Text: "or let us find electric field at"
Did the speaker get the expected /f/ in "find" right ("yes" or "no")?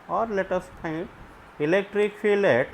no